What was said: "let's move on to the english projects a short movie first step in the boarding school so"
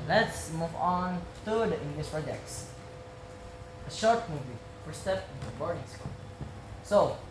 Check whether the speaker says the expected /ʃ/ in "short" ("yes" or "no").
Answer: yes